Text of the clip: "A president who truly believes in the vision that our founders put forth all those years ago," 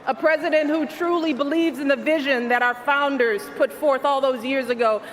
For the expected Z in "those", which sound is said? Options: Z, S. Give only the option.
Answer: Z